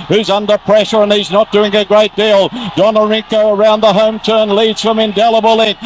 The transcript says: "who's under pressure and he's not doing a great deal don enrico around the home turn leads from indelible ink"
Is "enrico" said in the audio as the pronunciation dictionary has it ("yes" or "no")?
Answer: no